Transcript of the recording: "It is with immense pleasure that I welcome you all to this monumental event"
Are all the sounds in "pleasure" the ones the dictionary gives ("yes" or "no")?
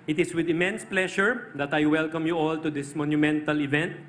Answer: no